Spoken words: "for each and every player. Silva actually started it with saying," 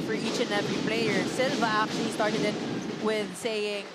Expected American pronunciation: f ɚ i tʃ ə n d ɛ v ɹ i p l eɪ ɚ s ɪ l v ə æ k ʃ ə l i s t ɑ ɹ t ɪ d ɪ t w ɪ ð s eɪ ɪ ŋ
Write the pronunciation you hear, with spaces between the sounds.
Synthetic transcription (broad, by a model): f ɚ i tʃ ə n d ɛ v ɹ i p l eɪ ɚ s ɪ l v ə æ k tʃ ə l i s t ɑ ɹ t ɪ d ɪ t w ɪ ð s eɪ ɪ ŋ